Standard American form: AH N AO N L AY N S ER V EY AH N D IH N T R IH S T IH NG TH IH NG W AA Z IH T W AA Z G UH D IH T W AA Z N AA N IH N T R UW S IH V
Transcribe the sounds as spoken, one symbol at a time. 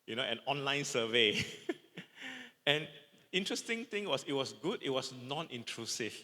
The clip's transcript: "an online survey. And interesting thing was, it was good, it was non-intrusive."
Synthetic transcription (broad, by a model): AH N AO N L AY N S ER V EY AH N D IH N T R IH S T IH NG T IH NG W AA S IH T W AA S G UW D IH T W AA S N AA N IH N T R UW S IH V